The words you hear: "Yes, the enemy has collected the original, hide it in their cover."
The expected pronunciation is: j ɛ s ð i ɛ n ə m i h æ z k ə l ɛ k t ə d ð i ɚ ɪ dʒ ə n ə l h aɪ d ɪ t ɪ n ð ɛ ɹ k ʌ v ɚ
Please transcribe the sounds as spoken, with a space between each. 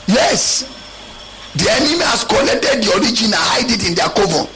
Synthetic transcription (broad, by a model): j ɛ s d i ɛ n ə m i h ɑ s k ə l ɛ k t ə d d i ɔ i dʒ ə n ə n h aɪ d ɪ t ɪ n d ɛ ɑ k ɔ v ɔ